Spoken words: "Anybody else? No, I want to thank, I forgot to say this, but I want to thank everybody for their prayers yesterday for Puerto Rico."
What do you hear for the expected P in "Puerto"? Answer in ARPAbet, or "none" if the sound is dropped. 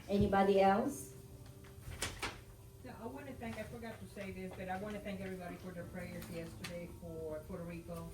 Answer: F